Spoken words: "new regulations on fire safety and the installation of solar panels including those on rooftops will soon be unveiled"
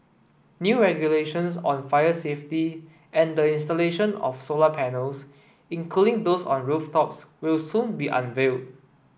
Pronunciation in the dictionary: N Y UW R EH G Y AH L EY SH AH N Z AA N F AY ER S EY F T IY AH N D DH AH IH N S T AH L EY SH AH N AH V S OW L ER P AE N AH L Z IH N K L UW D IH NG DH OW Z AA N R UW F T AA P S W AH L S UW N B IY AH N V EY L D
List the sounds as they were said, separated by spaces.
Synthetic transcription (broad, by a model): N Y UW R EH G Y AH L EY SH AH N S AA N F AY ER S EY F T IY AH N D AH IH N S T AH L EY SH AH N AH F S OW L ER P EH N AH L S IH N K L UW D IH NG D OW S AA N R UW F T AA P S W AH L S UW N B IY AH N V EY L D